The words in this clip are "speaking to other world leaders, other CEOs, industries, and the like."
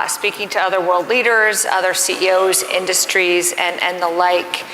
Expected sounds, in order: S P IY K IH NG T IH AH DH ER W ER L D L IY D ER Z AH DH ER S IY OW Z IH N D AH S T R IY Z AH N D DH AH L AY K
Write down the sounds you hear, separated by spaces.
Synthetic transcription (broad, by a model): S P IY K IH NG T IH AH DH ER W ER L D L IY D ER Z AH DH ER S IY OW Z IH N D AH S T R IY Z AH N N DH AH L AY K